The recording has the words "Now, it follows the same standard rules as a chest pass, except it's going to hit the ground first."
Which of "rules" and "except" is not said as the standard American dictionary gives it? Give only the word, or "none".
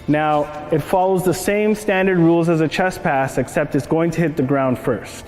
none